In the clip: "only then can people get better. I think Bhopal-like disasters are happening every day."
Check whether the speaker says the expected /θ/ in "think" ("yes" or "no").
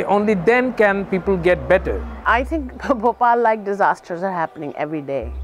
no